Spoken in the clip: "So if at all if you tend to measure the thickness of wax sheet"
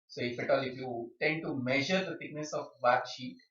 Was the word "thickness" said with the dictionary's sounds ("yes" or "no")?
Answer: no